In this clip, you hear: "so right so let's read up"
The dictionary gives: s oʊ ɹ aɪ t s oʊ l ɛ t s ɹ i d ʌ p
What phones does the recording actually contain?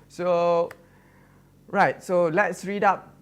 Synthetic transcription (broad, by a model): s oʊ ɹ aɪ t s oʊ l ɛ t s ɹ i d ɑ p